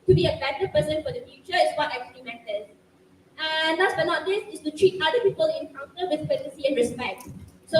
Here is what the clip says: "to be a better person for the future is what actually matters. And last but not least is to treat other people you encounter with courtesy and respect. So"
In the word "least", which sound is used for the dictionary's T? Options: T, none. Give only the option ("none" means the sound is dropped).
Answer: none